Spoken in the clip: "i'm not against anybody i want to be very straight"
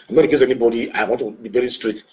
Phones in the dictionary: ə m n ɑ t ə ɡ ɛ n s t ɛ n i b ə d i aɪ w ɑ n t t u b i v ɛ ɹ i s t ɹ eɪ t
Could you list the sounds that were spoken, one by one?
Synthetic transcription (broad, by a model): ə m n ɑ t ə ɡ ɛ s ɛ n i b ə d i aɪ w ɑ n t t u b i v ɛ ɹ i s t ɹ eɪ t